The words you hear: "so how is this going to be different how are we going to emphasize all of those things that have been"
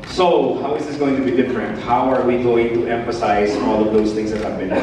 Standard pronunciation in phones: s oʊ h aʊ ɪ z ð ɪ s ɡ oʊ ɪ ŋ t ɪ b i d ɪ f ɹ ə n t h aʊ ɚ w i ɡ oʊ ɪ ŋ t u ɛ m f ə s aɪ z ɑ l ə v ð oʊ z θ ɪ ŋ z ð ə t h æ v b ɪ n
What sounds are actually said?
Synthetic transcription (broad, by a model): s oʊ h aʊ ɪ z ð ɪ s ɡ oʊ ɪ ŋ t ɪ b i d ɪ f ɹ ə n t h aʊ ɚ w i ɡ oʊ ɪ ŋ t u ɛ m f ə s aɪ z ɑ l ə v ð oʊ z θ ɪ ŋ z ð ə t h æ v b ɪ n